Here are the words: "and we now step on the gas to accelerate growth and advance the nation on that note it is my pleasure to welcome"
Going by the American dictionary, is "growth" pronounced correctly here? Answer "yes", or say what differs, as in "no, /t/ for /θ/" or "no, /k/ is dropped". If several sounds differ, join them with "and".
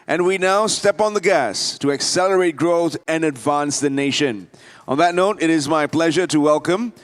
yes